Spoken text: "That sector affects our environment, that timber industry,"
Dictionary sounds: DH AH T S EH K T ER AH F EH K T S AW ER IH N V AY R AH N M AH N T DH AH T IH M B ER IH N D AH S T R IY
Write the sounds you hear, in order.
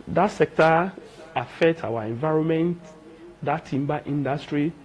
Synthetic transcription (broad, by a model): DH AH T S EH K T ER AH F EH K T AW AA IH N V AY R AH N M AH N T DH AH T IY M B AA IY N D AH S T R IY